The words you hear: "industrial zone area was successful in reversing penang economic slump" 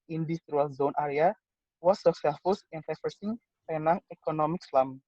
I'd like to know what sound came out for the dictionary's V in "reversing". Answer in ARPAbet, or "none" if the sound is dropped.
F